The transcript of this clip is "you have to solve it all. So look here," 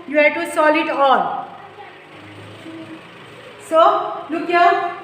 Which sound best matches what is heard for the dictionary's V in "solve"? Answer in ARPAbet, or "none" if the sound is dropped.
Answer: none